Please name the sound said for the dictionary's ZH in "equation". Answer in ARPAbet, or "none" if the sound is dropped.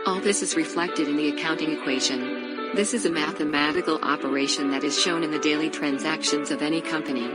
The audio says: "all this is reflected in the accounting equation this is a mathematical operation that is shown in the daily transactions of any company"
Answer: ZH